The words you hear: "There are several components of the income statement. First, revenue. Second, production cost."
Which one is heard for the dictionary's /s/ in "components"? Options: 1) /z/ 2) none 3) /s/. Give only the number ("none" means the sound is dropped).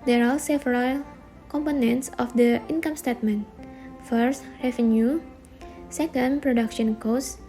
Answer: 3